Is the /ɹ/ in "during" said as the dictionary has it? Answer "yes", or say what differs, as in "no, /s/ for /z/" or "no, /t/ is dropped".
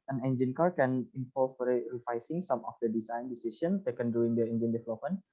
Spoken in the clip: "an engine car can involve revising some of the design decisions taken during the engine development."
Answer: no, /ɹ/ is dropped